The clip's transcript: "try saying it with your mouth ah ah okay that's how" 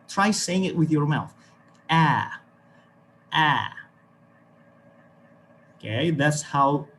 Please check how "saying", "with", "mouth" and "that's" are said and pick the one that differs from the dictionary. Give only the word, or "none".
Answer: none